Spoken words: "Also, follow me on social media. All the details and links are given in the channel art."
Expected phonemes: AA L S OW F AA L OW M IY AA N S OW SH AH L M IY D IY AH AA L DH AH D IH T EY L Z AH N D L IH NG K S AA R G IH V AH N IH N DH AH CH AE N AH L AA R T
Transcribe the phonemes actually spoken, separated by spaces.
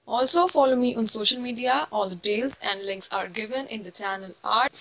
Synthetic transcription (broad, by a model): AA L S OW F AA L OW M IY AA N S OW SH AH L M IY D IY AH AA L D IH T EY L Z AH N D L IH NG K S AA R G IH V AH N IH N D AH CH AE N AH L AA R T